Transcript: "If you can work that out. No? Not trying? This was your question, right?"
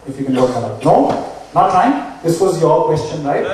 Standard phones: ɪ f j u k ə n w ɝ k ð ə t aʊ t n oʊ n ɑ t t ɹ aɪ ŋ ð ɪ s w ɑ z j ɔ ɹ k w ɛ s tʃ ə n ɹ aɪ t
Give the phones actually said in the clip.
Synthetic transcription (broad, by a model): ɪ f j u k ə n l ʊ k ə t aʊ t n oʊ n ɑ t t aɪ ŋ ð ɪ s w ɑ z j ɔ k w ɛ s tʃ ə n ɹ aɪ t